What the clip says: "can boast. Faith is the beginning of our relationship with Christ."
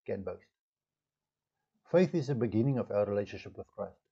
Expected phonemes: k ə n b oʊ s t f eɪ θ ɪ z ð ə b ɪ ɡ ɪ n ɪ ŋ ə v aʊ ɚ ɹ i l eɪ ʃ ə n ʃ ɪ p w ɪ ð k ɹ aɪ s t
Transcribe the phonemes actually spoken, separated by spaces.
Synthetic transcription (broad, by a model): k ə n b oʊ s f eɪ θ ɪ z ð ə b ɪ ɡ ɪ n ɪ ŋ ə v aʊ ɚ ɹ i l eɪ ʃ ə n ʃ ɪ p w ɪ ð k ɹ aɪ s t